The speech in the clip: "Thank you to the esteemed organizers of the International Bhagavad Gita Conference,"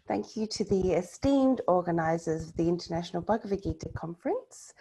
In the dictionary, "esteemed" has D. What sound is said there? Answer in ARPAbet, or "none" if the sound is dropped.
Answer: D